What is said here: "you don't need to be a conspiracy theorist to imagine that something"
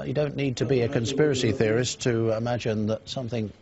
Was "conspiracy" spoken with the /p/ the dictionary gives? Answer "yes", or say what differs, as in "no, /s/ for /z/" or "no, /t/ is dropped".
yes